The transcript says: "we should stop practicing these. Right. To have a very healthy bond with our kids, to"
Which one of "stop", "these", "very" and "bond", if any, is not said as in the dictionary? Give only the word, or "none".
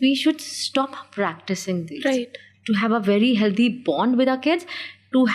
these